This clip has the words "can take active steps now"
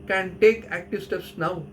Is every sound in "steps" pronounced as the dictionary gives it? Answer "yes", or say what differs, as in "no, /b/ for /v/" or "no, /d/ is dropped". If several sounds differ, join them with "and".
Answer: no, /p/ is dropped